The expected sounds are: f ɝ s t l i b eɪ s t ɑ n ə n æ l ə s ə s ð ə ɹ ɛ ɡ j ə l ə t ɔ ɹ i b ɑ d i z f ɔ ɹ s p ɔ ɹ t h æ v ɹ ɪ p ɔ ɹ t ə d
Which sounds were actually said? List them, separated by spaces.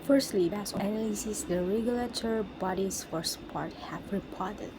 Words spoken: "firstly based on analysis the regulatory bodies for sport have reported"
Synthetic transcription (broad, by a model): f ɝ s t l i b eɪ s ɑ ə n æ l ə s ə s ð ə ɹ ɛ ɡ j ə l ə t ɔ ɹ i b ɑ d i s f ɔ ɹ s p ɔ ɹ t h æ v ɹ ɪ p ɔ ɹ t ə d